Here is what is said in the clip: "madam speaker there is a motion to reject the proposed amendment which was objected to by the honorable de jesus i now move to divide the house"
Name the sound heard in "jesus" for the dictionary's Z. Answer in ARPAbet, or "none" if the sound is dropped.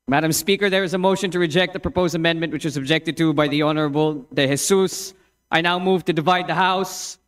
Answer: S